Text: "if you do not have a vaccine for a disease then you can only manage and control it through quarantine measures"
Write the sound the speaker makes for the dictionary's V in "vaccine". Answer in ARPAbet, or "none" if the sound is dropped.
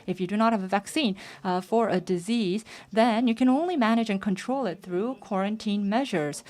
V